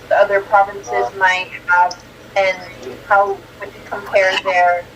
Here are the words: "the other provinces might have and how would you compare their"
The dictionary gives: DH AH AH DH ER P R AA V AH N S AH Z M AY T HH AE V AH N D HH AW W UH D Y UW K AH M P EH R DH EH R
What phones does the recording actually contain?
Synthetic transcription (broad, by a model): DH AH AH DH ER P R AA V AH N S AH Z M AY T HH AE V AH N HH AW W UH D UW K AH M P EH R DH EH R